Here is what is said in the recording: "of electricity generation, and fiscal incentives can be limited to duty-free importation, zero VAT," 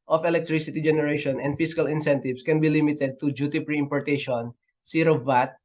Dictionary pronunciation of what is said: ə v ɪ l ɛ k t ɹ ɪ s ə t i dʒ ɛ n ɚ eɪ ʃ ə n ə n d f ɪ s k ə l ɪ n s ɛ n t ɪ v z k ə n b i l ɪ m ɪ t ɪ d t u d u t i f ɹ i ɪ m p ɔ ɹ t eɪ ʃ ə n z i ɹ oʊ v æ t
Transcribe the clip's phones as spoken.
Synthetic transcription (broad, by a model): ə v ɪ l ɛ k t ɹ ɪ s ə t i dʒ ɛ n ɚ eɪ ʃ ə n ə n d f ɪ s k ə l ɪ n s ɛ n t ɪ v s k ə n b i l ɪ m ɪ t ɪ d t u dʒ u t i p ɹ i ɪ m p ɔ ɹ t eɪ ʃ ə n s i ɹ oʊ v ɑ t